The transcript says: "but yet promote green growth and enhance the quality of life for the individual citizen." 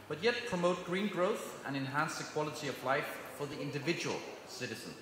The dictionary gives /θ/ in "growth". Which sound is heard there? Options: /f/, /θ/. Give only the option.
/θ/